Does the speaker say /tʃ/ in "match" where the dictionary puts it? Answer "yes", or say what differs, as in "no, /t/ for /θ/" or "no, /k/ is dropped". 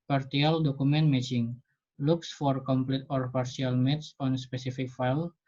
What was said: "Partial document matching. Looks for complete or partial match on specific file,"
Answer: no, /s/ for /tʃ/